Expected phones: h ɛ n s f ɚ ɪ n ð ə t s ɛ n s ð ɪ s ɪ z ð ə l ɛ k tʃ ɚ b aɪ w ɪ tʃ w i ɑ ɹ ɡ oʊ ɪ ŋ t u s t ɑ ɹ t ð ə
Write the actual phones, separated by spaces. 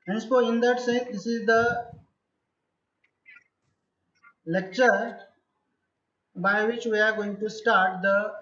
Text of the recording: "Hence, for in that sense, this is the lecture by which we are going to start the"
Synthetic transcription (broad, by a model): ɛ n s p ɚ ɪ n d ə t s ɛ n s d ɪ s ɪ z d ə l ɛ k tʃ ɚ b aɪ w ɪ tʃ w i ɑ ɹ ɡ oʊ ɪ ŋ t u s t ɑ ɹ t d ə